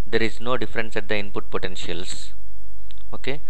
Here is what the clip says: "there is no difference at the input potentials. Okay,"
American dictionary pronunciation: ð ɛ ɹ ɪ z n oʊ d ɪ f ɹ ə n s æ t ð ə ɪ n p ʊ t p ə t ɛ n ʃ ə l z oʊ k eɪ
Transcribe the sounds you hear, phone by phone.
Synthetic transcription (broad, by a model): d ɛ ɹ ɪ z n oʊ d ɪ f ɹ ə n s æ t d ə ɪ n p ʊ t p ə t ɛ n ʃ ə l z oʊ k eɪ